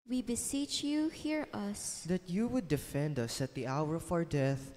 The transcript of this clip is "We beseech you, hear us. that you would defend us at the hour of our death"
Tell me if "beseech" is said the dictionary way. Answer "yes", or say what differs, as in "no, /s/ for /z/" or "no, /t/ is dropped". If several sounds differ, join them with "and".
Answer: yes